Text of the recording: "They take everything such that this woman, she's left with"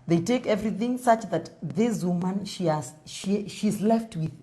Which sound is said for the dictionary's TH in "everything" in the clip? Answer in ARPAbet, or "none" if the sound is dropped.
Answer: TH